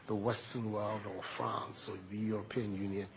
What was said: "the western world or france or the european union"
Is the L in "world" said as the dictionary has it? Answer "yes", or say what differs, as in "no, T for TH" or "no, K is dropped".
yes